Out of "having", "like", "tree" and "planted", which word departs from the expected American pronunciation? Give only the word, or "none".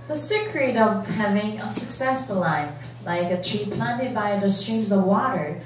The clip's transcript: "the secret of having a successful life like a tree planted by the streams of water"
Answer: none